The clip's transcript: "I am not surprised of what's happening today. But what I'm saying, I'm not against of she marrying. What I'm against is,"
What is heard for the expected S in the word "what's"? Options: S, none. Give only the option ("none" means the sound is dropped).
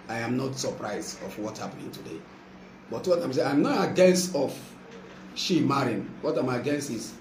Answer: none